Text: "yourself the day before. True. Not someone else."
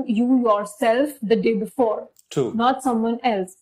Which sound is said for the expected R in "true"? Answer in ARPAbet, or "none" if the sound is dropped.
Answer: none